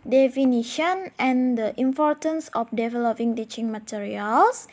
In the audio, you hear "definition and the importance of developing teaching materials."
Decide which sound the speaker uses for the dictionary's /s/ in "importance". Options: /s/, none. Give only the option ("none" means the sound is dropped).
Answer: /s/